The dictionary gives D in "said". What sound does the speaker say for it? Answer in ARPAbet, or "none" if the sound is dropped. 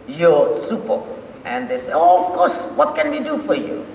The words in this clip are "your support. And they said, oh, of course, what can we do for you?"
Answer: none